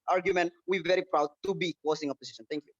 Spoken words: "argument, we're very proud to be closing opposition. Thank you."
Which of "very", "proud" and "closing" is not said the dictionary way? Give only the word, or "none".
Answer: closing